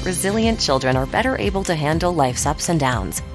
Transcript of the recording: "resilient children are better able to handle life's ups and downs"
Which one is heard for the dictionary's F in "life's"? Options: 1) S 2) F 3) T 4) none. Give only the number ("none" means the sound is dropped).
2